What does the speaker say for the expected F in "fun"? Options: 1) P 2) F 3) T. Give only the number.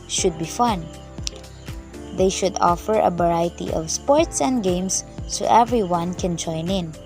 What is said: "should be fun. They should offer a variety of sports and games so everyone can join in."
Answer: 2